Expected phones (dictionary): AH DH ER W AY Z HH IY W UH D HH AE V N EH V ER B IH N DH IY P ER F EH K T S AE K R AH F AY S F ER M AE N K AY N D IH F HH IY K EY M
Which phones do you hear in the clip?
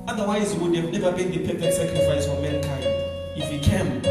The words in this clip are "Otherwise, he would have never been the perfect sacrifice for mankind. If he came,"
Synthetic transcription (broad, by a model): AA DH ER W AY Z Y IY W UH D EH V N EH V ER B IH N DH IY P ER P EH T S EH K R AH F AY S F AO M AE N K AY N D IH F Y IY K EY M